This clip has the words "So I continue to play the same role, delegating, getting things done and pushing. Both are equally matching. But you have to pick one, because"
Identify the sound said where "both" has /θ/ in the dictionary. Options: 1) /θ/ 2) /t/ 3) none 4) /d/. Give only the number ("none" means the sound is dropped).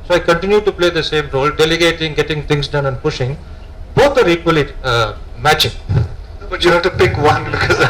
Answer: 2